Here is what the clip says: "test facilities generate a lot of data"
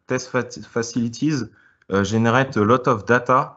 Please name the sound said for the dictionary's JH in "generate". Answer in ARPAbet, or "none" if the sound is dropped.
ZH